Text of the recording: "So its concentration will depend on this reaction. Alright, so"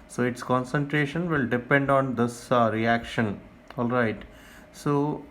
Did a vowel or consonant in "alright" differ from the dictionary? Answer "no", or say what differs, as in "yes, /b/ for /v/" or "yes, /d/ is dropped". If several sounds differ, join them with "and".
no